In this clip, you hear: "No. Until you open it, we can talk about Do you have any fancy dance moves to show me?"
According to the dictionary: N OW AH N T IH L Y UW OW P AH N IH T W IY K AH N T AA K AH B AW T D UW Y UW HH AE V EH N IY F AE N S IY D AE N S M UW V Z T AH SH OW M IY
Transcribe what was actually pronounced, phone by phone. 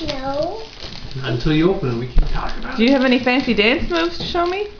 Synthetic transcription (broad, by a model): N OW AH N T IH L Y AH OW P AH N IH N W IY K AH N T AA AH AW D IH Y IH V EH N IY F AE N S IY D AE N S M UW V Z T AH SH OW M IY